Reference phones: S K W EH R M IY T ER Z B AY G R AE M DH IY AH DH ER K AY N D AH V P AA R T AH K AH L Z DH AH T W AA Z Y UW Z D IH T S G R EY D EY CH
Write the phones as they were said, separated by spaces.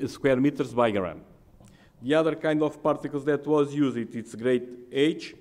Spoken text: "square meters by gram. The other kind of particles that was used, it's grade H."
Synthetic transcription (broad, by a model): S K W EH R M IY T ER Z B AY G R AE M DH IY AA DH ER K AY N D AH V P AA R T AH K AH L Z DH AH T W AA Z Y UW Z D IH T S G R EY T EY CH